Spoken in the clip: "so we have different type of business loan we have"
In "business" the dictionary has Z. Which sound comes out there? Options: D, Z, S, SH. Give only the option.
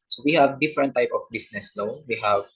S